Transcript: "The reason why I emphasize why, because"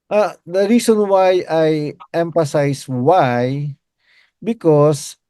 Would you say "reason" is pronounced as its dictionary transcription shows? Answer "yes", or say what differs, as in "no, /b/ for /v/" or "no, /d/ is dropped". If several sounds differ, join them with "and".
no, /s/ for /z/